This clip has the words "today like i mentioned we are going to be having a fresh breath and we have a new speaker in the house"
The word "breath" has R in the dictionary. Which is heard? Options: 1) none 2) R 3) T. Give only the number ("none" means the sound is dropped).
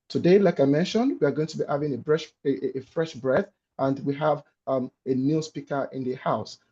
2